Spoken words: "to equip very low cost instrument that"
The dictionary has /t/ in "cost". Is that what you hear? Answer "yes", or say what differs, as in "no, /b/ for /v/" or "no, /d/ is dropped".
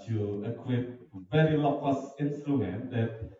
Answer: no, /t/ is dropped